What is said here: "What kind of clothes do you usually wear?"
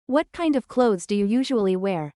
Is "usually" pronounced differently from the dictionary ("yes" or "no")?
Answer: no